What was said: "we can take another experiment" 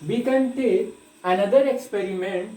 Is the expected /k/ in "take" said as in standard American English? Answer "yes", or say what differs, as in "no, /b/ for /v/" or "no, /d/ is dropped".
no, /k/ is dropped